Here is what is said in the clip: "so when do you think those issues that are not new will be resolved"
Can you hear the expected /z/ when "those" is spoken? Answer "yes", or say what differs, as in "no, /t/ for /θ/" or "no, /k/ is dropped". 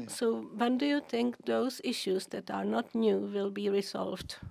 no, /s/ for /z/